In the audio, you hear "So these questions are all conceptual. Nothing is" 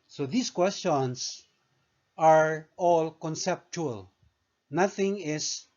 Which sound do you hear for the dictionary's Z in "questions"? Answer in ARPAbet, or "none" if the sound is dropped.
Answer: S